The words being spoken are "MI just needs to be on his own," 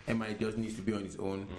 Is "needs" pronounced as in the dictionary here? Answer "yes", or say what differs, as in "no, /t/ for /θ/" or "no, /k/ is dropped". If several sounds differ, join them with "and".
no, /z/ is dropped